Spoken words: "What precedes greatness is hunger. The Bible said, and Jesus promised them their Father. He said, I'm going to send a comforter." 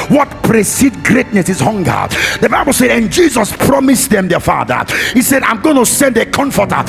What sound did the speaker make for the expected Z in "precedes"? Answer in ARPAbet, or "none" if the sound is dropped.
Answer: none